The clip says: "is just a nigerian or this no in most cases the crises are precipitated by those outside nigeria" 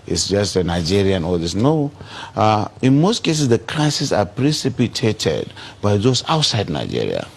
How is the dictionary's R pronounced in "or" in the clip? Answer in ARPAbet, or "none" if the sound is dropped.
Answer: L